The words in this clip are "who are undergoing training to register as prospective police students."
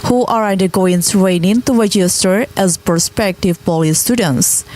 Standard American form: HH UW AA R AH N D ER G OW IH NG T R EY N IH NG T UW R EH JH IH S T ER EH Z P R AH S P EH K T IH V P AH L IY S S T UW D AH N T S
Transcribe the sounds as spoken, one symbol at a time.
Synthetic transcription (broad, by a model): HH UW AA R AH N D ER G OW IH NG S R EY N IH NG T UW R EH JH IH S T ER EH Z P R S P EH K T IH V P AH L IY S S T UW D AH N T S